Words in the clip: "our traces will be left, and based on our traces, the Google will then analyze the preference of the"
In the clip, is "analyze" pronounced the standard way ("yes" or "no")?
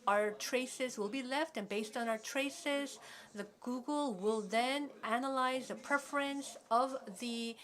yes